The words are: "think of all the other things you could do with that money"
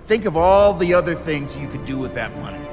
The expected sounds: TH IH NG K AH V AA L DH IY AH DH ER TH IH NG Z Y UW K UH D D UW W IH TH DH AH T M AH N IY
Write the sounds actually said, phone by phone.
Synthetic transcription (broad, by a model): TH IH NG K AH V AA L DH IY AH DH ER TH IH NG Z Y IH K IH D D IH W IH DH AH T M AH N IY